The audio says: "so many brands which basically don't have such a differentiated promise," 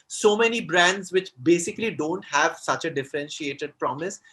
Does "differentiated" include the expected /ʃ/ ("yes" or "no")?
yes